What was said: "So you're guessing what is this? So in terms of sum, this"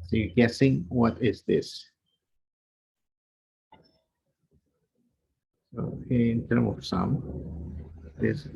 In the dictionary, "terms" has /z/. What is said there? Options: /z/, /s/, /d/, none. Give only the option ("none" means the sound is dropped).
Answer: none